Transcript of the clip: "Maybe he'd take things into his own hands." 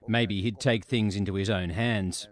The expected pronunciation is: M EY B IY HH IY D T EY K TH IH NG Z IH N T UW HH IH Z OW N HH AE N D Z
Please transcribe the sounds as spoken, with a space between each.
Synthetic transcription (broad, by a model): M EY B IY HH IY D T EY K TH IH NG Z IH N T UW IH Z OW N HH AE N D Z